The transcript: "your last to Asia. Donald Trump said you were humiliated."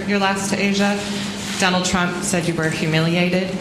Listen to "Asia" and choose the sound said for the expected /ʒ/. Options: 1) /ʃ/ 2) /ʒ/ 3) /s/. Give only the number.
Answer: 2